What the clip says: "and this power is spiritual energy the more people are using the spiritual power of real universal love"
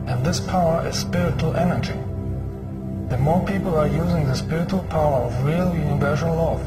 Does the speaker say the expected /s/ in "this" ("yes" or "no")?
yes